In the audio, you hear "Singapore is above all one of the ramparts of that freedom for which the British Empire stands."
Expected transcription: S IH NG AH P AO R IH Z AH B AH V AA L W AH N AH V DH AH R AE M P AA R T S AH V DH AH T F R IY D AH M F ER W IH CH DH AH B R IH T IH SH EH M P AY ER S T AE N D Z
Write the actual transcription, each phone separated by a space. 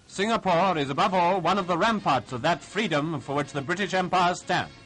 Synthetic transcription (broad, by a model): S IH NG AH P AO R IH Z AH B AH V AA L W AH N AH V DH AH R AE M P AA R T S AH V DH AH T F R IY D AH M F ER W IH CH DH AH B R IH T IH SH EH M P AY ER S T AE N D